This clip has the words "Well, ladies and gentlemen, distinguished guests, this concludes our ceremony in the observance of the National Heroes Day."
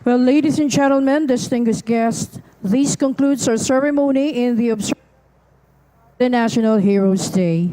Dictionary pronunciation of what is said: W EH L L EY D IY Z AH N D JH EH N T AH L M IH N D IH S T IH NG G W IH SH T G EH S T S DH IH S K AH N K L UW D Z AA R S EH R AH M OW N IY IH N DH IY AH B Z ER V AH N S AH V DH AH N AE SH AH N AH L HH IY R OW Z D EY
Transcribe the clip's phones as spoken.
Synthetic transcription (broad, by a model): W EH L L EY D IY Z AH N JH EH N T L M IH N D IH S T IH NG G W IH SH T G EH S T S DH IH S K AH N K L UW D S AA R S EH R AH M OW N IY IH N DH IY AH B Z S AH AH N AE SH AH N AH L HH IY R OW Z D EY